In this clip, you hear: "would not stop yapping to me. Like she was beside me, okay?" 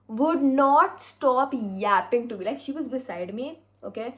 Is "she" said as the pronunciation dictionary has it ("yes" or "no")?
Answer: yes